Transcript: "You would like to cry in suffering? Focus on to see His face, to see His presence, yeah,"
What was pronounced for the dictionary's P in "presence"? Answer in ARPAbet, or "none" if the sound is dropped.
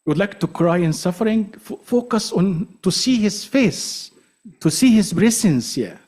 B